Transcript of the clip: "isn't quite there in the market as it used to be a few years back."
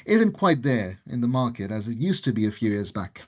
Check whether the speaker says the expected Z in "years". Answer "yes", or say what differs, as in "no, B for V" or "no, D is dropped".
yes